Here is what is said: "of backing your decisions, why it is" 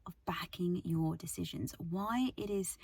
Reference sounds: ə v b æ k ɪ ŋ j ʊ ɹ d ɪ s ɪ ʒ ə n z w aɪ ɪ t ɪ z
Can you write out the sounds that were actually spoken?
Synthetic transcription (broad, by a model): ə v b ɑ k ɪ ŋ j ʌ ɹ d ɪ s ɪ ʒ ə n z w aɪ ɪ t ɪ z